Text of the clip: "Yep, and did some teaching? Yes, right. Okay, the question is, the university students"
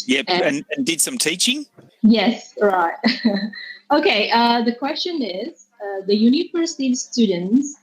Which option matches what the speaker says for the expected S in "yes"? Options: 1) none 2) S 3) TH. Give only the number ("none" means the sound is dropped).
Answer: 2